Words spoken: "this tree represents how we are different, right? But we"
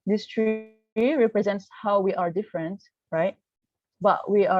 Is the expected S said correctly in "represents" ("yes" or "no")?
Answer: yes